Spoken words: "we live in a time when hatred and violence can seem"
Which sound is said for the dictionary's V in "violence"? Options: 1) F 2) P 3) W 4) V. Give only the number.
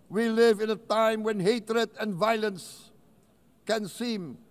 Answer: 4